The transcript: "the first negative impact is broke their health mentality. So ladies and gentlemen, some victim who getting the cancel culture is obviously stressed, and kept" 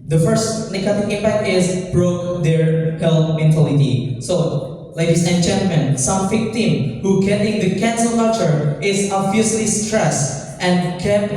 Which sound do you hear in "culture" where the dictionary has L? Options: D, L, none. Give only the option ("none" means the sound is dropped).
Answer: none